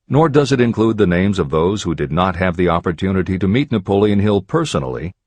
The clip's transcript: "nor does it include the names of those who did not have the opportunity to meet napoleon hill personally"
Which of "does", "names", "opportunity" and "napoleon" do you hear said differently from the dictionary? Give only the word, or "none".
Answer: none